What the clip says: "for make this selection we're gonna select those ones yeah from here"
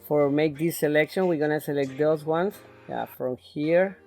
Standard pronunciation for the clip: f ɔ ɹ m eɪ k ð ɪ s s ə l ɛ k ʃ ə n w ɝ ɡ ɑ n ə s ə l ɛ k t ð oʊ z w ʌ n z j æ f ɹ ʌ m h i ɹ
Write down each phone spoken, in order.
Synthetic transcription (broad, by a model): f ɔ ɹ m eɪ k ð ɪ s s ə l ɛ k ʃ ə n w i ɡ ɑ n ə s ə l ɛ k t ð oʊ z w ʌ n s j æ f ɹ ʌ m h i ɹ